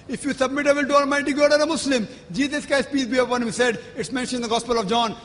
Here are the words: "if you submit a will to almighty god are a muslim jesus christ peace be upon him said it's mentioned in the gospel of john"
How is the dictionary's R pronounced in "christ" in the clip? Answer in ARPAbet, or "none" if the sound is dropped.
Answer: none